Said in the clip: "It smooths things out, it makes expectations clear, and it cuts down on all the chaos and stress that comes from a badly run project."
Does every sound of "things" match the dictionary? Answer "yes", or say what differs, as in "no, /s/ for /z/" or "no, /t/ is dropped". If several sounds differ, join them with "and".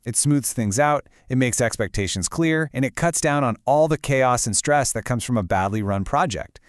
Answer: yes